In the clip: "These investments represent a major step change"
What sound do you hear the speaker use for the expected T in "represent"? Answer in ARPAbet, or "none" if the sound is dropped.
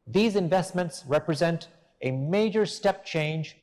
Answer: T